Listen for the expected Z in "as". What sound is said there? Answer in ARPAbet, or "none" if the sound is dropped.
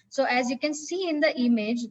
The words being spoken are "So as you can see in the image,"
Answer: Z